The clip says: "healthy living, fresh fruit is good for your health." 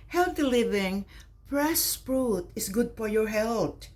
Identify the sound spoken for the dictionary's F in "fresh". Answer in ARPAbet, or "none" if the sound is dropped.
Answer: P